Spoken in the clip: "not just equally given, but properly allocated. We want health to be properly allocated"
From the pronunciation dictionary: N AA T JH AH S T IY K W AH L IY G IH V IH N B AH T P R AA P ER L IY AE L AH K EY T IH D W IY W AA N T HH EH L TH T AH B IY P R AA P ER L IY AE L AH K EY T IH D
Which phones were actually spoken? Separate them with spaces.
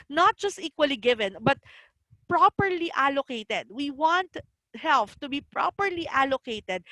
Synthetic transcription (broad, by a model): N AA T JH AH S T IY K W AH L IY G IH V IH N B AH T P R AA P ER L IY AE L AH K EY T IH D W IY W AA N T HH EH L F T AH B IY P R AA P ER L IY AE L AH K EY T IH D